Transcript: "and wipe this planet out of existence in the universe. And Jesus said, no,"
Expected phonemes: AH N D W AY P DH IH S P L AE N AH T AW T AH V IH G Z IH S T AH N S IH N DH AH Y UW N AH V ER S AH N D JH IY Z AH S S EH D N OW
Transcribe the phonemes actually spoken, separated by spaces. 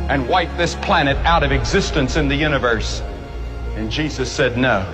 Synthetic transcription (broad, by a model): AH N W AY P DH IH S P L AE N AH T AW T AH V IH G Z IH S T AH N S IH N DH AH Y UW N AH V ER S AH N JH IY Z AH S S EH D N OW